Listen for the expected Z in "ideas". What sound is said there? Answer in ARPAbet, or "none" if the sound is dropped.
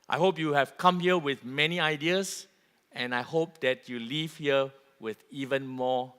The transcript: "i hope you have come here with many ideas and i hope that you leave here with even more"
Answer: S